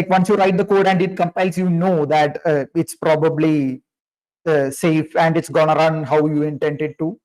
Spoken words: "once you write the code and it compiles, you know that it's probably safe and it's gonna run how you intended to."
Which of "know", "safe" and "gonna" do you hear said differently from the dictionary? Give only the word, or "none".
none